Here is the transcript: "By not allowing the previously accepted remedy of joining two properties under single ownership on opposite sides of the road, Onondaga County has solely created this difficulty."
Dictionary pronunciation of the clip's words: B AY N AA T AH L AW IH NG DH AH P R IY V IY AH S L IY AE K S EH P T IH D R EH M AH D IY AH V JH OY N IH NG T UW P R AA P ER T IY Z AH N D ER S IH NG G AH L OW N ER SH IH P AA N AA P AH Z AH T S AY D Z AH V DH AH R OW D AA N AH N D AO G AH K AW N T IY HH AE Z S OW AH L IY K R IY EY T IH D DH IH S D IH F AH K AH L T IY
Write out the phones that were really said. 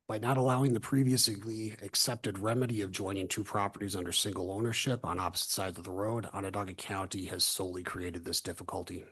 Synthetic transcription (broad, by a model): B AY N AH T AH L AW IH NG DH AH P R IY V IY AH S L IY AE K S EH P T IH D R EH M AH D IY AH V JH OY N IH NG T UW P R AA P ER T IY Z AH N D ER S IH NG G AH L OW N ER SH IH P N AA P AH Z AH T S AY D Z AH V DH AH R OW D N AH D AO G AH K AW N T IY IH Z S OW AH L IY K R IY EY T IH D DH IH S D IH F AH K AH L T IY